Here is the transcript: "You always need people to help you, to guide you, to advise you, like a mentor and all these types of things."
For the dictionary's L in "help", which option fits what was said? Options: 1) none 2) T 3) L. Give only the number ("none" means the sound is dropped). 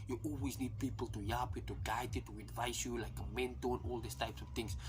1